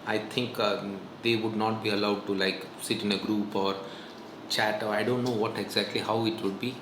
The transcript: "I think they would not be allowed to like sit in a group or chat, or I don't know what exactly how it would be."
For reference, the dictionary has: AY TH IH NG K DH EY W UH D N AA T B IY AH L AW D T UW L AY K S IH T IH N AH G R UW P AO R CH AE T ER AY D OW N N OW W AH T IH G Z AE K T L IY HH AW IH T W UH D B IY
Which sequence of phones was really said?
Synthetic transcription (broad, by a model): AY T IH NG K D EY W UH D N AA T B IY AH L AW D T UW L AY K S IH T IH N AH G R UW P AO R CH AE T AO AY D OW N N OW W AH T IH G Z AE K T L IY HH AW IH T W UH D B IY